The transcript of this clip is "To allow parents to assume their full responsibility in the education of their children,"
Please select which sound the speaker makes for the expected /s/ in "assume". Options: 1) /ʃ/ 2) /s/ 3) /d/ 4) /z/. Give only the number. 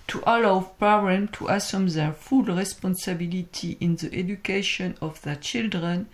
2